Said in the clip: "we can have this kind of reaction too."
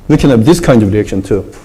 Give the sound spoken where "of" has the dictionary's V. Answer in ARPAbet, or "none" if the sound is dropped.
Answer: V